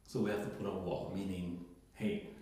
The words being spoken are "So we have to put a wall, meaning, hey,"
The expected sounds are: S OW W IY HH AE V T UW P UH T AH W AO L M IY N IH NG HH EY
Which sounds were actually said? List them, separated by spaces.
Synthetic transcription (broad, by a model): S OW W IY HH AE F T UW P UH T AH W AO M IY N IH NG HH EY